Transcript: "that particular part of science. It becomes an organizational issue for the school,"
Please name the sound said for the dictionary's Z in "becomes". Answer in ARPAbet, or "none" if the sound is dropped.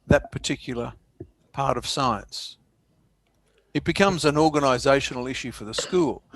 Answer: Z